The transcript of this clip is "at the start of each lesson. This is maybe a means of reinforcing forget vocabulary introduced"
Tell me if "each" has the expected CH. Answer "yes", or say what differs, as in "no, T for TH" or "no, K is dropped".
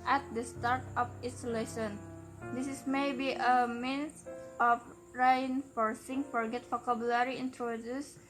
no, S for CH